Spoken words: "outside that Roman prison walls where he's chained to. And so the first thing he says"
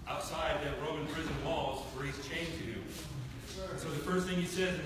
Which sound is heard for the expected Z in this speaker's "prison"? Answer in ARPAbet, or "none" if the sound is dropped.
Z